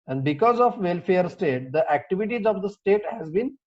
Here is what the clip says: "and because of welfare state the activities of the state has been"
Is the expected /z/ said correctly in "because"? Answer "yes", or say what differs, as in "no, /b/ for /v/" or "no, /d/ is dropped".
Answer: yes